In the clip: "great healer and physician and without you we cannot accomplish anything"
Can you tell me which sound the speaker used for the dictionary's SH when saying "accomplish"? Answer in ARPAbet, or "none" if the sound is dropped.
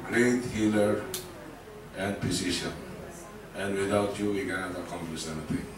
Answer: S